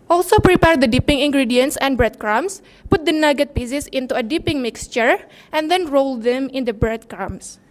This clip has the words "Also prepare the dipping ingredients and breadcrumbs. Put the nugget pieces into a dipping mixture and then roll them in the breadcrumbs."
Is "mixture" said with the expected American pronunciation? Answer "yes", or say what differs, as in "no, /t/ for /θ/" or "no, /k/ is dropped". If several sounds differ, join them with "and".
yes